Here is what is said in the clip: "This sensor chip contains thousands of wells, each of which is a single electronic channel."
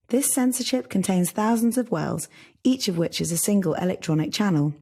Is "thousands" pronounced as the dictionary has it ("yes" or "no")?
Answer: yes